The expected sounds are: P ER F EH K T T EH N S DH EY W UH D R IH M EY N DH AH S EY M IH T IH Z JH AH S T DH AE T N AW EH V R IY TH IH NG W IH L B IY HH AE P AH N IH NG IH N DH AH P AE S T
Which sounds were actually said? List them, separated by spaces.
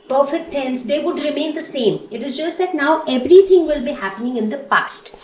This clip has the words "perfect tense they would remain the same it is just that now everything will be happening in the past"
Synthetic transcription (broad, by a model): P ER F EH K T T EH N S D EY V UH D R IH M EY N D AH S EY M IH T IH Z JH AH S T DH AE T N AW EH V R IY T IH NG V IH L B IY HH AE P AH N IH NG IH N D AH P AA S T